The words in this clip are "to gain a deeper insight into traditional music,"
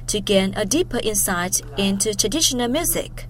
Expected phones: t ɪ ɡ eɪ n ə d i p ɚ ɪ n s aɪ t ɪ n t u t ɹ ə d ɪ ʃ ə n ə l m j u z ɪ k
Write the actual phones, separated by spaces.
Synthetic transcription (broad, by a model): t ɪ ɡ eɪ n ə d i p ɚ ɪ n s aɪ t ɪ n t u t ɹ ə d ɪ ʃ ə n ə l m j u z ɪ k